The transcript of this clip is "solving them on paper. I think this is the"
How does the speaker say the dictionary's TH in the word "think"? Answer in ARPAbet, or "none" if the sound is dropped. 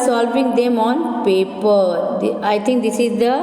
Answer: T